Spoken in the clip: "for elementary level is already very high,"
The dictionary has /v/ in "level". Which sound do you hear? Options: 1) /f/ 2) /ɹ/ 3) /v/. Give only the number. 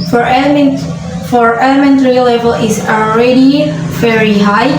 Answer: 3